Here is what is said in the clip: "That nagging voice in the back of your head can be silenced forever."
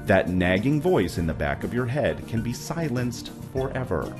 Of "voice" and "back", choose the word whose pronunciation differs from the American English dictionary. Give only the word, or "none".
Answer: none